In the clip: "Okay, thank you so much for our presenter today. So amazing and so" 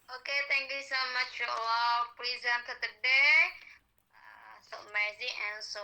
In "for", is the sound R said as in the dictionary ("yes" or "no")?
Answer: no